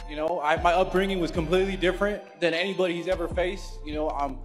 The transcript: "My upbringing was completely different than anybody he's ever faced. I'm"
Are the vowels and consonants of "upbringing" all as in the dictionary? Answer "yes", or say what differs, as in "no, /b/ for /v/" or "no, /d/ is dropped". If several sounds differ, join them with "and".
yes